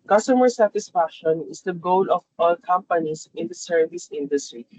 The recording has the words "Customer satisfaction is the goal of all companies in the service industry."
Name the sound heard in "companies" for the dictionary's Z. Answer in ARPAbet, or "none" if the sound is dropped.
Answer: S